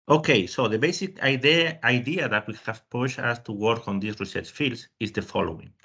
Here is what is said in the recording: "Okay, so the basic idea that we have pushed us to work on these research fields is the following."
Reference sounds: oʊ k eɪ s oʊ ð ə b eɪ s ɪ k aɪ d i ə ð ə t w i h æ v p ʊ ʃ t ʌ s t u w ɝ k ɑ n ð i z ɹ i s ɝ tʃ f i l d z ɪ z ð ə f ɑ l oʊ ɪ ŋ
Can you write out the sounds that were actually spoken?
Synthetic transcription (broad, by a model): oʊ k eɪ s oʊ ð ə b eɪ s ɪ k aɪ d i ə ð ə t w i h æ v p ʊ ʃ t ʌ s t u w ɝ k ɑ n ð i s ɹ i s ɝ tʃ f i l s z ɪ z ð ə f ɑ l oʊ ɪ ŋ